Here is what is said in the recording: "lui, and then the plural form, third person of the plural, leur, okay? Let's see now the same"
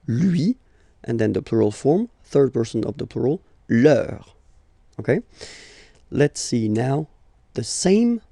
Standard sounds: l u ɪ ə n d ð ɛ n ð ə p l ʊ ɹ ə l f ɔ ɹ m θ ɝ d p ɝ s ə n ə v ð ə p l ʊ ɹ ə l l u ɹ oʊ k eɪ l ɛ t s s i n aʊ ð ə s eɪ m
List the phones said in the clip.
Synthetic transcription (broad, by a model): l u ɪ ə n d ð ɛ n ð ə p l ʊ ɹ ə l f ɔ ɹ m θ ɝ d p ɝ s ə n ə v ð ə p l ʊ ɹ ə l l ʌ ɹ oʊ k eɪ l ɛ t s s i n aʊ ð ə s eɪ m